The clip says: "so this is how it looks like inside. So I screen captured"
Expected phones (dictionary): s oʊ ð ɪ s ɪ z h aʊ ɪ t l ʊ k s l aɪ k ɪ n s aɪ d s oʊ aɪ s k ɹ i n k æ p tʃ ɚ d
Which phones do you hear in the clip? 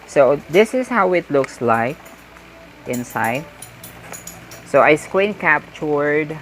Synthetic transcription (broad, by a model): s oʊ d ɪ s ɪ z h aʊ ɪ t l ʊ k s l aɪ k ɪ n s aɪ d s oʊ aɪ s k w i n k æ p tʃ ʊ d